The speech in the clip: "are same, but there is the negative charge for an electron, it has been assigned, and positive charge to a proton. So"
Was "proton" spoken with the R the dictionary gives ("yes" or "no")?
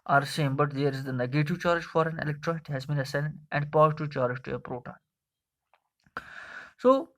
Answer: yes